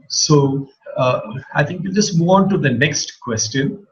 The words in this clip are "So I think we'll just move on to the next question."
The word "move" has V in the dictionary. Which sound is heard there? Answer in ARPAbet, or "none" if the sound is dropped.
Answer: none